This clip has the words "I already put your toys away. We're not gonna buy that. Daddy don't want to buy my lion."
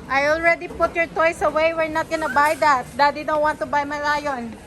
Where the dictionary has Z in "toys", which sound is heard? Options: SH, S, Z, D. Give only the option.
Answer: S